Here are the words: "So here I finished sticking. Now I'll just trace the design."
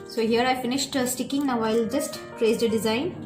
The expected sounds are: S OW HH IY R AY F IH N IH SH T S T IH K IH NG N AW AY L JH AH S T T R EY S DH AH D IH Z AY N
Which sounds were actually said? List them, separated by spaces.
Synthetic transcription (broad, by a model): S OW HH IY R AY F IH N IH SH T S T IH K IH NG N AW AY L JH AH S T T R EY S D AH D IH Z AY N